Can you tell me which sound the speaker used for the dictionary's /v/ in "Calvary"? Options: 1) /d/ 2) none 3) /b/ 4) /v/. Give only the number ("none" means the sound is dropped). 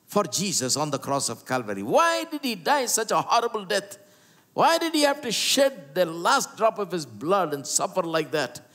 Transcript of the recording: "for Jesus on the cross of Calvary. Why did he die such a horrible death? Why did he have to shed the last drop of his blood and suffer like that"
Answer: 4